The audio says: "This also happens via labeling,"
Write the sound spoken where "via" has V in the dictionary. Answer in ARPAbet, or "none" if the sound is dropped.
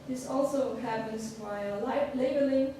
B